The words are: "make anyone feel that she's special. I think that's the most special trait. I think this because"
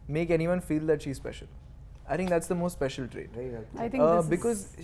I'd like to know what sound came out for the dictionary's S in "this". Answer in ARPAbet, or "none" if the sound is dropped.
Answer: none